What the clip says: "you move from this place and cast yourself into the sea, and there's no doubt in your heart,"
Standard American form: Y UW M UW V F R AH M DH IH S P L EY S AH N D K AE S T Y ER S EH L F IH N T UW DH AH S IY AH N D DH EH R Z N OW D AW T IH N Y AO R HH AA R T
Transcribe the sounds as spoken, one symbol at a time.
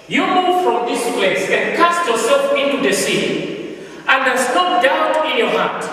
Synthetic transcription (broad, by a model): Y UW M UW V F R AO M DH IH S P L EY S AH N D K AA S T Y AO S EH L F IH N T UW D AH S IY AH N D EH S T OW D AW IH N Y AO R HH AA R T